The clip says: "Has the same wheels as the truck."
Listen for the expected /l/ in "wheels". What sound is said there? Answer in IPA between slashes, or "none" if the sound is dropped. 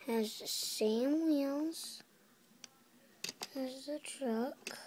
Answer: /n/